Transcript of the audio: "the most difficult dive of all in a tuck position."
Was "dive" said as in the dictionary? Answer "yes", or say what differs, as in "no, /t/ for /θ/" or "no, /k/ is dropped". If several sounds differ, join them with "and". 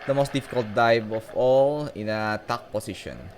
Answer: no, /b/ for /v/